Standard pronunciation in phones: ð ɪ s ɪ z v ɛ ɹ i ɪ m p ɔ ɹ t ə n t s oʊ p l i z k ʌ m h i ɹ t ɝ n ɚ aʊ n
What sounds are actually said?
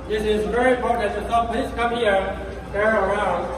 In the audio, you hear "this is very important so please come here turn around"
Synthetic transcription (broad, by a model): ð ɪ s ɪ z v ɛ ɹ i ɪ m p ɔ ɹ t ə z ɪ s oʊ p l i z k ʌ m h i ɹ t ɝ ɚ aʊ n